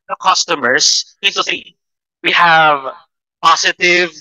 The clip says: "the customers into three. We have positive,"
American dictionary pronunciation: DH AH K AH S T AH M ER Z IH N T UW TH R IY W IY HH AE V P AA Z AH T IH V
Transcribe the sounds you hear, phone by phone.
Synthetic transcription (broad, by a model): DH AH K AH S T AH M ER S IH N T UW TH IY W IY HH AE V P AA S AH T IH V